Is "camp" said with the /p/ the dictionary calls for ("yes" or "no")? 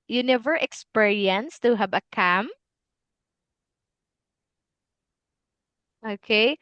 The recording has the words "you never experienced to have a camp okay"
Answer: no